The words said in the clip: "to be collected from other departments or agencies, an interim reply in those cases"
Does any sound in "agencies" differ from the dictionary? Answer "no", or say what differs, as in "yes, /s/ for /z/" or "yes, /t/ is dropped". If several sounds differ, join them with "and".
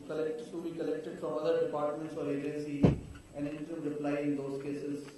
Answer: yes, /z/ is dropped